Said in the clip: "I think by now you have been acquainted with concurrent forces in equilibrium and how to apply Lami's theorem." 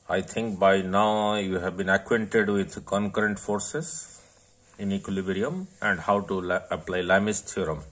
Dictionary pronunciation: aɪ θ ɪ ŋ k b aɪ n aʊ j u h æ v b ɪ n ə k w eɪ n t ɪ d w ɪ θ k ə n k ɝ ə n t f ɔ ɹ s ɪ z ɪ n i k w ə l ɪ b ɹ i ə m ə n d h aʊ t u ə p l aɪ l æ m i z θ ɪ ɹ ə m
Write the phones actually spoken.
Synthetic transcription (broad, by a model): aɪ t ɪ ŋ k b aɪ n aʊ j u h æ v b ɪ n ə k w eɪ n t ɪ d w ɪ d k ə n k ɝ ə n t f ɔ ɹ s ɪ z ɪ n i k w ə l ɪ b ɹ i ə m ə n d h aʊ t u ə p l aɪ l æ m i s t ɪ ɹ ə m